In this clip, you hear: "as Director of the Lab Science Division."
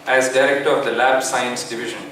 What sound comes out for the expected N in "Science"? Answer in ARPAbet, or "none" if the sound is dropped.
N